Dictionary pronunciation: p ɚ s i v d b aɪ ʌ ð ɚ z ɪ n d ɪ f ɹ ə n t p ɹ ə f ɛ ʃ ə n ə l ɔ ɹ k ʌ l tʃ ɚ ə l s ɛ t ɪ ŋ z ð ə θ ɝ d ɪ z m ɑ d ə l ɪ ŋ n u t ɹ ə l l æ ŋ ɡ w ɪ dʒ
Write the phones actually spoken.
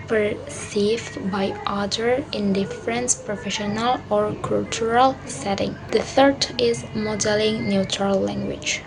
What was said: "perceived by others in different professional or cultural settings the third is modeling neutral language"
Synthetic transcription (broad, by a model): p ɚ s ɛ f b aɪ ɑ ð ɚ ɪ n d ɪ f ɹ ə n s p ɹ ə f ɛ ʃ ə n ə l ɔ ɹ k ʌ l tʃ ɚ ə l s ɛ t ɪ ŋ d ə t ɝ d ɪ z m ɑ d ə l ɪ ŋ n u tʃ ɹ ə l l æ ŋ ɡ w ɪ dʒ